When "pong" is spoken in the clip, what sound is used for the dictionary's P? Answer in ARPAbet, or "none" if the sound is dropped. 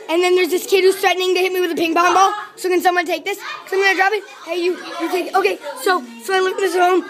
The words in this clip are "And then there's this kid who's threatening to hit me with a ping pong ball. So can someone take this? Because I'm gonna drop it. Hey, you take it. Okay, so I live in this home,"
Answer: B